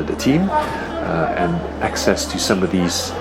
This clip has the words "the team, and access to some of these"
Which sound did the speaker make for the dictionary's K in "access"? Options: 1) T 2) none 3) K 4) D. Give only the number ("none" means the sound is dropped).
3